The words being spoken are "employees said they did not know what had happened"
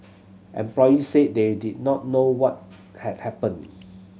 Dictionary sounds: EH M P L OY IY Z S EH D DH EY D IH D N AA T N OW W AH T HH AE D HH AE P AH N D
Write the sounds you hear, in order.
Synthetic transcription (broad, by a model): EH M P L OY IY S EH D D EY D IH D N AA T N OW W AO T HH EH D HH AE P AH N